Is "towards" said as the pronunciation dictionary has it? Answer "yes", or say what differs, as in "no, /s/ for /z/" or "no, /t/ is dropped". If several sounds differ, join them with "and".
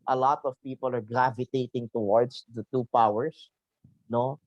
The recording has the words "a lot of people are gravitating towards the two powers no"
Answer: no, /s/ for /z/